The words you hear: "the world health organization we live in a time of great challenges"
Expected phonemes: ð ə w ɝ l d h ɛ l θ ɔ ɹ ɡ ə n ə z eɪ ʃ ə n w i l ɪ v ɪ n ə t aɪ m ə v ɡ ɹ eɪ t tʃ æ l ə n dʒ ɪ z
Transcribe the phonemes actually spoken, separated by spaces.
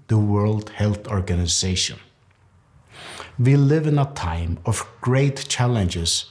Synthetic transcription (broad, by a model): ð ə w ɝ l d h ɛ l θ ɔ ɹ ɡ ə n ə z eɪ ʃ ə n w i l ɪ v ɪ n ə t aɪ m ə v ɡ ɹ eɪ t tʃ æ l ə n dʒ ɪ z